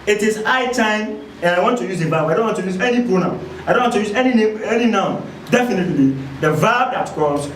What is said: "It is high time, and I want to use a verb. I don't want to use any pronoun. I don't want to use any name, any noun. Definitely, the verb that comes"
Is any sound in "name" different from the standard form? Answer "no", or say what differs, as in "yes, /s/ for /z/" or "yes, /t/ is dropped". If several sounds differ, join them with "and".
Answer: yes, /m/ is dropped